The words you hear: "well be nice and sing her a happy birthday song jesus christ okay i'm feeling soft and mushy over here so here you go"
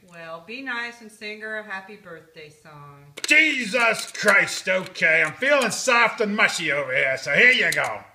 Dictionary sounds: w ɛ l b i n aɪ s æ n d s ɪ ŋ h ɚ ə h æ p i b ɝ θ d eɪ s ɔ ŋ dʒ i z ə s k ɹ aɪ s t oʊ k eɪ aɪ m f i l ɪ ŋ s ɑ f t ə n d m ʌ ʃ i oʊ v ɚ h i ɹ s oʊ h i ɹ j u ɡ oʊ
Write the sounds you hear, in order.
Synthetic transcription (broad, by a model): w ɛ l b i n aɪ s n s ɪ ŋ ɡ ɚ ə h æ p i b ɝ θ d eɪ s ɔ ŋ dʒ i z ə s k ɹ aɪ s t oʊ k eɪ aɪ m f i l ɪ ŋ s ɑ f t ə n m ʌ ʃ i oʊ v ɚ h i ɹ s oʊ h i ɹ j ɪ ɡ oʊ